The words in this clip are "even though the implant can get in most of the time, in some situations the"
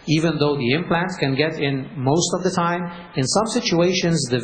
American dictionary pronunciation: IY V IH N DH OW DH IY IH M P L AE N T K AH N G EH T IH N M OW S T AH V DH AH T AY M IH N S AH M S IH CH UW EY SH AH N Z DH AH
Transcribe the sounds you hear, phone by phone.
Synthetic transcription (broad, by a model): IY V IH N DH OW DH IY IH M P L AE N T K AH N G EH T IH N M OW S T AH V DH AH T AY M IH N S AH M S IH CH UW EY SH AH N Z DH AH